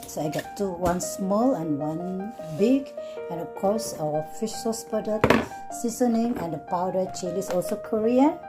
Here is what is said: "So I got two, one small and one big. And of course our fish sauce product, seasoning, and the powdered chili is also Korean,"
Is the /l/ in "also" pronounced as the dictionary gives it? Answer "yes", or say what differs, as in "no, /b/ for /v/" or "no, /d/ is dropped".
yes